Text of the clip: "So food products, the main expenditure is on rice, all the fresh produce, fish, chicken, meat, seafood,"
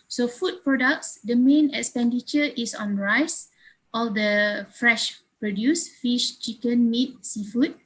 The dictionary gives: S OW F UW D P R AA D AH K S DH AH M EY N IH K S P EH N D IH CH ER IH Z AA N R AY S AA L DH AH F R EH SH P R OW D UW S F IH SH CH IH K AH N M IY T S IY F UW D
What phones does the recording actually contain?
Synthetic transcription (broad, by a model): S OW F UW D P R AA D AH K S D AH M EY N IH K S P EH N D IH CH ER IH S AA N R AY S AA L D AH F R EH SH P R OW D UW S F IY SH CH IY K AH N M IY T S IY F UW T